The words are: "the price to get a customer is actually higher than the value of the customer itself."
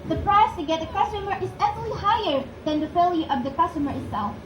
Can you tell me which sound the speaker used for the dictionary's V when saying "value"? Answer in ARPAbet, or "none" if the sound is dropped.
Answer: F